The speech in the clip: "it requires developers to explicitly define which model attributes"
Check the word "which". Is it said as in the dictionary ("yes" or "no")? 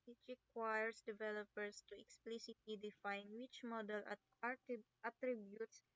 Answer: yes